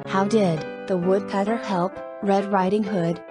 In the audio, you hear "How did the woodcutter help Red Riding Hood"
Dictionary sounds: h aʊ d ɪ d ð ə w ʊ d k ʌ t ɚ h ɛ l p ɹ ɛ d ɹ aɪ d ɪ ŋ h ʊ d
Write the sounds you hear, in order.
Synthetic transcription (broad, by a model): h aʊ d ɪ d ð ə w ʊ d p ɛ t ɚ h ɛ l p ɹ ɛ d ɹ aɪ d ɪ ŋ h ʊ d